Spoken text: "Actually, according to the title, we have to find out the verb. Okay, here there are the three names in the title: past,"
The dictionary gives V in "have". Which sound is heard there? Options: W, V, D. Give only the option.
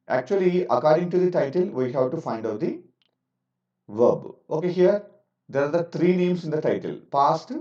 W